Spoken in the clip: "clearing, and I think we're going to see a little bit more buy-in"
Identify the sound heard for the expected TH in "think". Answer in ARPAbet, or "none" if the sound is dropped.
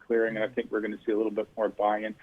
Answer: TH